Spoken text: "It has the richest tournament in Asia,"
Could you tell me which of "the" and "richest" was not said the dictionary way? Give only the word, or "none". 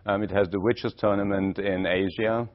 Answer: richest